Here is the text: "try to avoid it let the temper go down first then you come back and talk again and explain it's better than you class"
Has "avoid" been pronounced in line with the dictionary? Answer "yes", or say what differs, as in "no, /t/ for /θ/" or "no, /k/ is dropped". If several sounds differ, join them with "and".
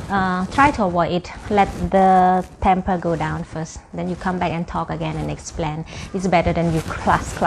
no, /w/ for /v/ and /d/ is dropped